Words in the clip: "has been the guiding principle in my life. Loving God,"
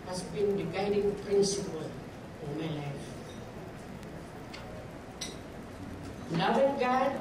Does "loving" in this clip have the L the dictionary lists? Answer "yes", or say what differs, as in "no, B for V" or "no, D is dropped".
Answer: no, N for L